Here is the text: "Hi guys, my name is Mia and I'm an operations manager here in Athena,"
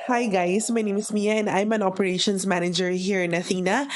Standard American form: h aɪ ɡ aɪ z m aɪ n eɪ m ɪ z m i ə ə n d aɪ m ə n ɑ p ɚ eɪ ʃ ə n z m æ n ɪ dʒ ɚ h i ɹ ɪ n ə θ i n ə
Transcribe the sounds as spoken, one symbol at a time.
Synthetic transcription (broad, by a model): h aɪ ɡ aɪ s m aɪ n eɪ m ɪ s m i ə n d aɪ m ə n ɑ p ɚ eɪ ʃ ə n s m æ n ɪ dʒ ɚ h i ɹ ɪ n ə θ i n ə